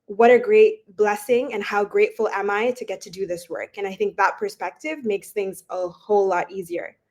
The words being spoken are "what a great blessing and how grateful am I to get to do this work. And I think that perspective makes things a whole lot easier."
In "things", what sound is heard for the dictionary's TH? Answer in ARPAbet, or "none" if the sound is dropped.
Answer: TH